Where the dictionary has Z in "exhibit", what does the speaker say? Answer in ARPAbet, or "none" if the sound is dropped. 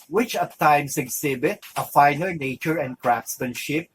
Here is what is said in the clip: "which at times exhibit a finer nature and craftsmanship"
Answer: S